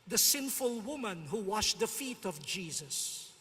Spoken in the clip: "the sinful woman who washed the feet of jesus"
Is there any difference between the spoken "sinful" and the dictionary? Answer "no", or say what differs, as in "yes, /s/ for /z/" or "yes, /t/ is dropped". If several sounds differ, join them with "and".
no